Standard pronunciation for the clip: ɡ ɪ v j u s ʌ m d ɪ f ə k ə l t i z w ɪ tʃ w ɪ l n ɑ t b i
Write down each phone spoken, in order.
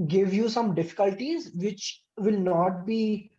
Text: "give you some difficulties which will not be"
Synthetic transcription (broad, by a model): ɡ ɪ v j u s ʌ m d ɪ f ə k ə l t i z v ɪ tʃ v ɪ l n ɑ t b i